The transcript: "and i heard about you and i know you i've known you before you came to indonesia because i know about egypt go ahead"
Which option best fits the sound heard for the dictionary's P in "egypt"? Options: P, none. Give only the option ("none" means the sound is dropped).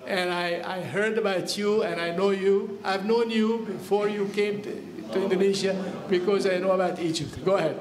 none